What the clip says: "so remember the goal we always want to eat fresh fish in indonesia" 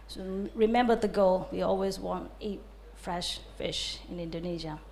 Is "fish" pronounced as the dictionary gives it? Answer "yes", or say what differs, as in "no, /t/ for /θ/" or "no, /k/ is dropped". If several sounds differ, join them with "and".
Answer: yes